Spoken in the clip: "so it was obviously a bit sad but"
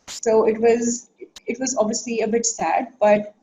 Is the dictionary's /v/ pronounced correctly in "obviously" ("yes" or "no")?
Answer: yes